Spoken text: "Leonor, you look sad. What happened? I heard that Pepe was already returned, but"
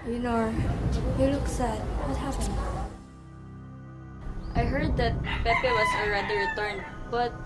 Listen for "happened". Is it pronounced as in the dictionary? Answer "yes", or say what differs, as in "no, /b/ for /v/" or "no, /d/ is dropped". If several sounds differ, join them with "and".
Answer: no, /f/ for /p/